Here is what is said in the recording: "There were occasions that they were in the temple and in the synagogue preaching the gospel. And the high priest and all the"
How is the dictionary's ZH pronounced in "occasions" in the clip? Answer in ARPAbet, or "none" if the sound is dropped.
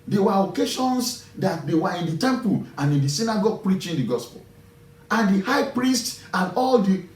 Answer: SH